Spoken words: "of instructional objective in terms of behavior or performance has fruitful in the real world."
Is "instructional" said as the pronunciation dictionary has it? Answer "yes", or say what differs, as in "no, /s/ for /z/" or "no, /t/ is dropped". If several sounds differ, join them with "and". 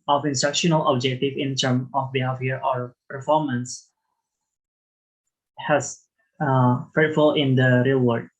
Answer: yes